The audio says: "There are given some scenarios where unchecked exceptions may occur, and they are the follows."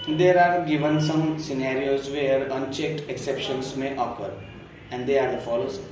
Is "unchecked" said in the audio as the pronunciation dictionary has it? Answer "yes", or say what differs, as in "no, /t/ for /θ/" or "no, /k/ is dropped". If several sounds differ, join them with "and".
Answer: yes